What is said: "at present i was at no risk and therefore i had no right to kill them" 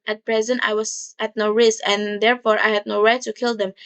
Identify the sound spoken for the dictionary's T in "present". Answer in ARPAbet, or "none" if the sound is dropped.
T